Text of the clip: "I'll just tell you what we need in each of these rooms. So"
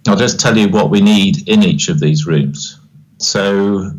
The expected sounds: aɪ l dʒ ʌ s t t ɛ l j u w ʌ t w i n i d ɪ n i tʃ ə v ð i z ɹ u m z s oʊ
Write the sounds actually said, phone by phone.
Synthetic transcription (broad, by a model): aɪ l dʒ ʌ s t t ɛ l j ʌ w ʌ t w i n i d ɪ n i tʃ ə v ð i z ɹ u m z s oʊ